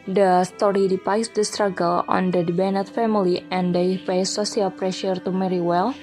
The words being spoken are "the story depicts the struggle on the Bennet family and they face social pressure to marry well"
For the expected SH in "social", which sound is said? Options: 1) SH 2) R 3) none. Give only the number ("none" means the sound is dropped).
3